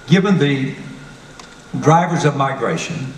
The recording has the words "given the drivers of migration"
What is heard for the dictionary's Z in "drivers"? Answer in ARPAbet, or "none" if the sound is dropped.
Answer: Z